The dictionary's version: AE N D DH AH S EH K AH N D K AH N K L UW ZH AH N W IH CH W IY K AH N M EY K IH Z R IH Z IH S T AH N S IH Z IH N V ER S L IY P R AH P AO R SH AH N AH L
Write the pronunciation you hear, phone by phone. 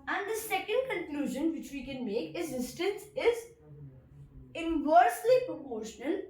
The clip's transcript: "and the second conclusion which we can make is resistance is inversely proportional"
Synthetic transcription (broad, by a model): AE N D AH S EH K AH N D K AH N K L UW ZH AH N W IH CH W IY K AH N M EY K IH Z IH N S T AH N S IH Z IH N V ER S L IY P R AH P AO R SH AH N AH L